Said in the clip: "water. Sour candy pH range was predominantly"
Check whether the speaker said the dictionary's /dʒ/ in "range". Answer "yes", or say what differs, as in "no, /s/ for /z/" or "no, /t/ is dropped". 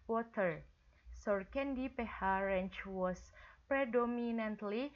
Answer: no, /tʃ/ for /dʒ/